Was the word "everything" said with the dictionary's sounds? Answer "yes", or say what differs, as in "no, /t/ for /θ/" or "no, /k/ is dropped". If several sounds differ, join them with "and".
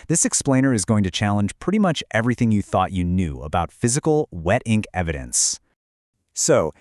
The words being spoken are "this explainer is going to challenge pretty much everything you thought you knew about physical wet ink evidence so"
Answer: yes